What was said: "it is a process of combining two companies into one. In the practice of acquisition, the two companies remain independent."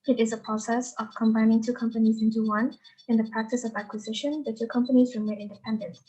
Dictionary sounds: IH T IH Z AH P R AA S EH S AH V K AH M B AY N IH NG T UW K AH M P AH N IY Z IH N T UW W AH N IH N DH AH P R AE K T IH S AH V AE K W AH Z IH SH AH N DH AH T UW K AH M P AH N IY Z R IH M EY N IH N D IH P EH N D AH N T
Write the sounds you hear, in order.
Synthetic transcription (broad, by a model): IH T IH Z AH P R AA S EH S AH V K AH M B AY N IH NG T UW K AH M P AH N IY Z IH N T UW W AH N IH N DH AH P R AE K T IH S AH V AE K W AH Z IH SH AH N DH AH T UW K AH M P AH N IY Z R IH M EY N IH N D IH P EH N D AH N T